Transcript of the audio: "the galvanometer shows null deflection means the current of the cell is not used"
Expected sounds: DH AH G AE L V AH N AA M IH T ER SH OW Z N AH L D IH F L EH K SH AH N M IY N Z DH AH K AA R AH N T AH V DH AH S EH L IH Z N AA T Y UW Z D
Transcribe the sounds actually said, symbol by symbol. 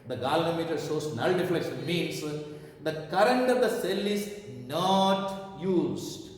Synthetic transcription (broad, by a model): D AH G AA L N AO M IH T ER S OW S N AH L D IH F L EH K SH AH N M IY N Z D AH K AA R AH N T AH V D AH S EH L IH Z N AA T Y UW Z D